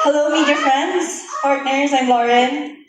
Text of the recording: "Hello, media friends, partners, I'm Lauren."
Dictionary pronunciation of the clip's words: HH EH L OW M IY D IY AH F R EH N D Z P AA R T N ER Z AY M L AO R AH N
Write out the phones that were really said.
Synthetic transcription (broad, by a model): HH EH L OW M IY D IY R F R EH N D Z P AA R T N ER Z AY M L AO R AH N